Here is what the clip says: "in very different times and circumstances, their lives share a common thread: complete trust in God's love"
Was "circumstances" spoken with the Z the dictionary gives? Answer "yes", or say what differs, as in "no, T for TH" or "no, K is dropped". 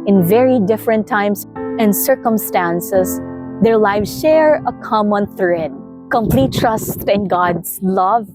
no, S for Z